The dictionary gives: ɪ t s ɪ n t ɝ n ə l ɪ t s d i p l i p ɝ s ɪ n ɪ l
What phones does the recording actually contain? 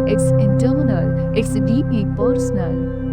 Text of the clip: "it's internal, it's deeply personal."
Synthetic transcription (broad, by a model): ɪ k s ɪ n t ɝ n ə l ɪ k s d i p i p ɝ s n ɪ l